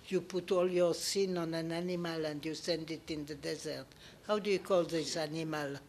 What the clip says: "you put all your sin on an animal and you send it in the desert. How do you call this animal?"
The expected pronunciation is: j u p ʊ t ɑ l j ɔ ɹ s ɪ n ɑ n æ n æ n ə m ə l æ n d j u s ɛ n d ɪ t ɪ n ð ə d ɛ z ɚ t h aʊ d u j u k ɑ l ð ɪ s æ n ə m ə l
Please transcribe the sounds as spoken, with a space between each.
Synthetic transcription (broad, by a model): j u p ʊ t ɑ l j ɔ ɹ s ɪ n ɑ n æ n æ n ə m ə l æ n d j u s ɛ n d ɪ t ɪ n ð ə d ɛ z ɚ t h aʊ d u j u k ɑ l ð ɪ s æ n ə m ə l